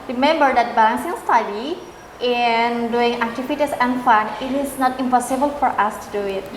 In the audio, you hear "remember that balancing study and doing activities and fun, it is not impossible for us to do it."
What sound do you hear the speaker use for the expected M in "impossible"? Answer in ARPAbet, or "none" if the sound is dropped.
M